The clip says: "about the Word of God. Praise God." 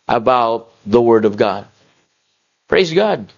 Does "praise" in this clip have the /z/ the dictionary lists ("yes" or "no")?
yes